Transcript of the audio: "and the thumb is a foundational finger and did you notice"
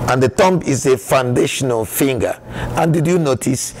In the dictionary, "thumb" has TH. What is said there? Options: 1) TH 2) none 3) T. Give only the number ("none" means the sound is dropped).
3